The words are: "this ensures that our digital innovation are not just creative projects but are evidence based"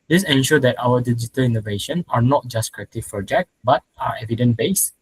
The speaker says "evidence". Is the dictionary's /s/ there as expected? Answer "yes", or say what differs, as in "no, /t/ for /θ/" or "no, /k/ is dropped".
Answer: no, /s/ is dropped